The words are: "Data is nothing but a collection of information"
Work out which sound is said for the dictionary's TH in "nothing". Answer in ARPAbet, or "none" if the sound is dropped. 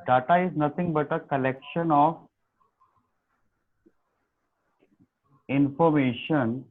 T